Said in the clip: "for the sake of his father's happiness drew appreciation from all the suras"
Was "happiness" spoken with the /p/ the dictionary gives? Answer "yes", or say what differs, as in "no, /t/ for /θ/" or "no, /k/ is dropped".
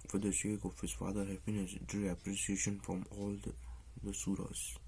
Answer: no, /f/ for /p/